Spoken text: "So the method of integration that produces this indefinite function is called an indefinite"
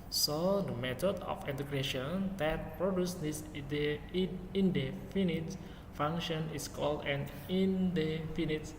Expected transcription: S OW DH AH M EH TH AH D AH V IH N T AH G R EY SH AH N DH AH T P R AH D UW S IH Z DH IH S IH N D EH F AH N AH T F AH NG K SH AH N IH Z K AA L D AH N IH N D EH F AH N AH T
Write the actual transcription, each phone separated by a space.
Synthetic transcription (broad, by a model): S OW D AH M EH T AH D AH F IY N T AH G R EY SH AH N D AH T P R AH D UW S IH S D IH IH N D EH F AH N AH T F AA NG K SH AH N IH S K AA L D AH N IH N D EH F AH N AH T